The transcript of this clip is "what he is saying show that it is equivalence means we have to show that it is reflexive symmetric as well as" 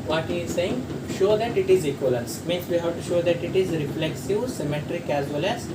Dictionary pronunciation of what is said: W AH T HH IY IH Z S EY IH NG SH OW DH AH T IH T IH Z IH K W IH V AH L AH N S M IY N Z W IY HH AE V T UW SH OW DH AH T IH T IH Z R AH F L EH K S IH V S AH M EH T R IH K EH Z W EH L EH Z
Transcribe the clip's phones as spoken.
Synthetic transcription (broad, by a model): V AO T HH IY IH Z S EY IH NG SH OW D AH T IH T IH Z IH K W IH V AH L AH S M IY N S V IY HH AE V T UW SH OW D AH T IH T IH Z R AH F L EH K S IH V S AH M EH T R IH K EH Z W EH L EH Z